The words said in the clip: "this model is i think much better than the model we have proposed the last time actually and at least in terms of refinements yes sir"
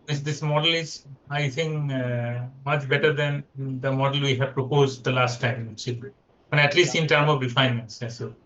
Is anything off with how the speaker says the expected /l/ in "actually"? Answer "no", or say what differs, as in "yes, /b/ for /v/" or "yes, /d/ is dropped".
yes, /l/ is dropped